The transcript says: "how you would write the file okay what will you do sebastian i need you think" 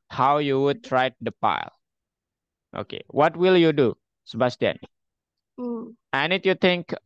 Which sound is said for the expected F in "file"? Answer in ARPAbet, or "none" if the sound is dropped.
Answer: P